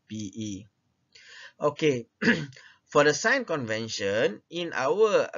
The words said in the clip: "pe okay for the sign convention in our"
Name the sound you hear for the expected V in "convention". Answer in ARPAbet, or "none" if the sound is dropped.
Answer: V